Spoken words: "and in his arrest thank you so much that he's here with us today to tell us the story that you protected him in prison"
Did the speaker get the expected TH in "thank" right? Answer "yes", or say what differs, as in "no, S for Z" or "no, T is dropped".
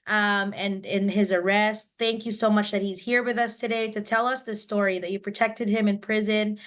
yes